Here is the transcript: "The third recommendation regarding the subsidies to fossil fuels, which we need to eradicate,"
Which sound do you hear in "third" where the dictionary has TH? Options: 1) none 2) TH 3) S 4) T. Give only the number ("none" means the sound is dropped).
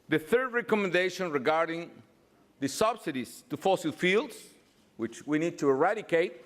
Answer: 2